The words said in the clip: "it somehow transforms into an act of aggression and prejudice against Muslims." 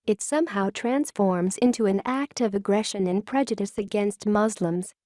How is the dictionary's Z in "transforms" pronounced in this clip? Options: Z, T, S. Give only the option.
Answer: Z